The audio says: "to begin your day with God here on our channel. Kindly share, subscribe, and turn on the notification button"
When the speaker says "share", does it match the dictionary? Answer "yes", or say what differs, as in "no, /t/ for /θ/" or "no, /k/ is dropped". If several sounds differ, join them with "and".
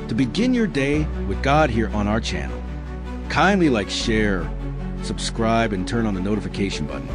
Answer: yes